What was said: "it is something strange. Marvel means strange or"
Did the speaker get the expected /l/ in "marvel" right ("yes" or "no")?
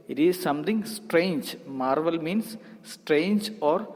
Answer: yes